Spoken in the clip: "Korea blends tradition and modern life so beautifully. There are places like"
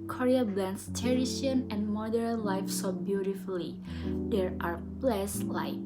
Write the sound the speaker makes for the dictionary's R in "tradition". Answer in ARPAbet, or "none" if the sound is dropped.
none